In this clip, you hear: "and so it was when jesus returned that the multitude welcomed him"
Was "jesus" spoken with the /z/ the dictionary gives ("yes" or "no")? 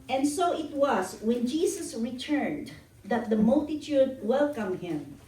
no